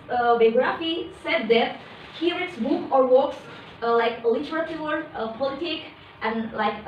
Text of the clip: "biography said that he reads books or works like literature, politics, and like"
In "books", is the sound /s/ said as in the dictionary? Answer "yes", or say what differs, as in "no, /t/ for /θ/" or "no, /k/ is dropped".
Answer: no, /s/ is dropped